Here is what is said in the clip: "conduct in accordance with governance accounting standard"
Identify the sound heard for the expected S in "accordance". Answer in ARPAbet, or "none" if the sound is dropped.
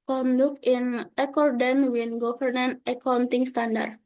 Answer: none